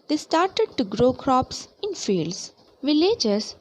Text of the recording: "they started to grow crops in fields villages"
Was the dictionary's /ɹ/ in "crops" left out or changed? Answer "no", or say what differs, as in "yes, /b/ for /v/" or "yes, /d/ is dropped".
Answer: no